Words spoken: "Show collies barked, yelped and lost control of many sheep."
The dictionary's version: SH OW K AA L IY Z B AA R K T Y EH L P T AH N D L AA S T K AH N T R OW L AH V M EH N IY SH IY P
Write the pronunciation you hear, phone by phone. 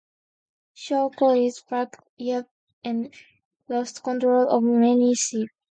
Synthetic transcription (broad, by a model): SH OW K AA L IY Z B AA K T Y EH P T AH N L AA S T K AH N T R OW L AH V M EH N IY S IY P